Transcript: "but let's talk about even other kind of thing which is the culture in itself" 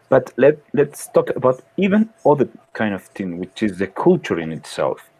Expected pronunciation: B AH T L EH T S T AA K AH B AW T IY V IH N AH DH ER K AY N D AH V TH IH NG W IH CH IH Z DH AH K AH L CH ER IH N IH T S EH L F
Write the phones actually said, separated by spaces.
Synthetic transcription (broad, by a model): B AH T L EH T S T AA K AH B AW T IY V IH N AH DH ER K AY N D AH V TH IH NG W IH CH IH Z DH AH K AH L CH ER IH N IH T S EH L F